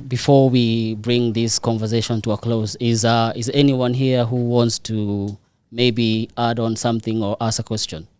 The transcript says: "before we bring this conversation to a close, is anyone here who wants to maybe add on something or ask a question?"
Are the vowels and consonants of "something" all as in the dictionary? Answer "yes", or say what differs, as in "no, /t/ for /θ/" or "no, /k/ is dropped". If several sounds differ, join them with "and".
yes